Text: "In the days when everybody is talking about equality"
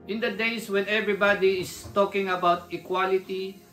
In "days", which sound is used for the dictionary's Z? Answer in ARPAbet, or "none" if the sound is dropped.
S